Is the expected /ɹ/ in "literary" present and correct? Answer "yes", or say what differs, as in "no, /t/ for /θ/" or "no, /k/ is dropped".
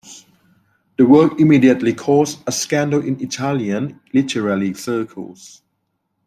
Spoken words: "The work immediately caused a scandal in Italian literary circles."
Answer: no, /l/ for /ɹ/